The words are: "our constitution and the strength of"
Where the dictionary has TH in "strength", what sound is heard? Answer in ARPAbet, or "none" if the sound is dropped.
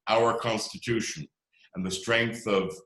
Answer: TH